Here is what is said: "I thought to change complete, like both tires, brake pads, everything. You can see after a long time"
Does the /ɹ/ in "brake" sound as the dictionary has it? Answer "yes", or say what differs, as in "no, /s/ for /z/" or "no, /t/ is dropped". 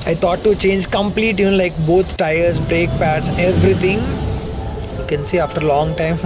yes